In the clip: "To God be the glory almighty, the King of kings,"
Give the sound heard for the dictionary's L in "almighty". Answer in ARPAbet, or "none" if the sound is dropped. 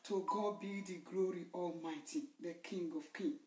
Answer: L